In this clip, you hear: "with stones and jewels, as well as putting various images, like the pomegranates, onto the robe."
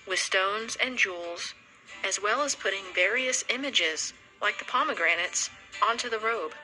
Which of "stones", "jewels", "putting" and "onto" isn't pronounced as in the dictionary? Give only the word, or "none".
none